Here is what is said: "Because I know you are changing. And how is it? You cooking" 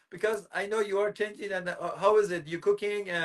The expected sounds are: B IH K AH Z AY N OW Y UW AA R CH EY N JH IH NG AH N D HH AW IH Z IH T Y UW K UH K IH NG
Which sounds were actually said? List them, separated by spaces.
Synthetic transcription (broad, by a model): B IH K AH Z AY N OW Y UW AA R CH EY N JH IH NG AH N HH AW IH Z IH T Y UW K UH K IH NG